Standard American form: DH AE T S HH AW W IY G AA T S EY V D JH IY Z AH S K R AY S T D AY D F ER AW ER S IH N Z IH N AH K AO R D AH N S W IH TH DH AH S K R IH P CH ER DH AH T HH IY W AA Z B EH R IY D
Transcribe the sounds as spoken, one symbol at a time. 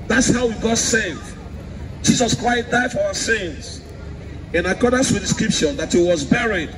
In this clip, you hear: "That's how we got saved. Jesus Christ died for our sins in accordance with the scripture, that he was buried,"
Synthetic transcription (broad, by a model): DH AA T S HH AW W IY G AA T S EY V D JH IY Z AH S K R AY S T D AY D F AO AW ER S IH N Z IH N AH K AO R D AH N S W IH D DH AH S K R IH P SH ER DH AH T HH IY W AA Z B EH R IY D